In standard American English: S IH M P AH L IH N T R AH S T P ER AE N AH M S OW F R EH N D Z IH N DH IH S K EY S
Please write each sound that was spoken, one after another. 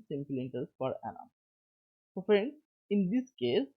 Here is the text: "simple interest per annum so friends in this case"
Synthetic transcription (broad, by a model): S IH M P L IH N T AH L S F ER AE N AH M S OW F R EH N D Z IH N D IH S K EY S